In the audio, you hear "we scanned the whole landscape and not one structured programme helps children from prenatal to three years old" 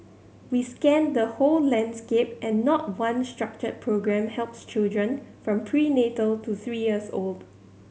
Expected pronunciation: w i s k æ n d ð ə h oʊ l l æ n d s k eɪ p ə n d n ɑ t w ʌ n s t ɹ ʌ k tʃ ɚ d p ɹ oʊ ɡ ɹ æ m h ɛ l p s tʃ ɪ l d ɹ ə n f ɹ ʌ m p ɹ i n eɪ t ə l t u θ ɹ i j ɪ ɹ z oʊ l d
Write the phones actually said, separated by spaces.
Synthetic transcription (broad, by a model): w i s k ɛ n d ə h oʊ l l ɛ n d s k eɪ p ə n n ɑ t w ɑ n s t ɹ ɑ k tʃ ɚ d p ɹ oʊ ɡ ɹ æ m h ɛ l p s tʃ ɪ l d ɹ ə n f ɹ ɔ m p ɹ i n eɪ t ə l t u θ ɹ i j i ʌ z oʊ l d